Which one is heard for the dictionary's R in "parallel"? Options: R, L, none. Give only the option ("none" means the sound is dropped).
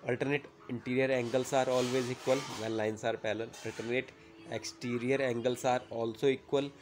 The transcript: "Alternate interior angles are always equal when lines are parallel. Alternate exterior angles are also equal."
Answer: L